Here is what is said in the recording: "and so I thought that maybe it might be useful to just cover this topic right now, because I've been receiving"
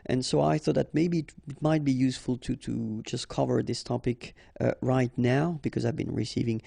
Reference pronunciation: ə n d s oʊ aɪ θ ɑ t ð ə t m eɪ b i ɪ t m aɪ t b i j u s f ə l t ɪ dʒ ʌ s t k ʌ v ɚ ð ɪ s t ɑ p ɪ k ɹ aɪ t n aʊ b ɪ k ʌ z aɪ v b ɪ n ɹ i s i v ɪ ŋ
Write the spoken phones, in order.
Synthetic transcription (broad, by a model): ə n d s oʊ aɪ θ ɑ t ð ə t m eɪ b i ɪ t m aɪ t b i j u s f ə l t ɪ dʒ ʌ s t k ʌ v ɚ ð ɪ s t ɑ p ɪ k ɹ aɪ t n aʊ b ɪ k ʌ z aɪ v b ɪ n ɹ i s i v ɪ ŋ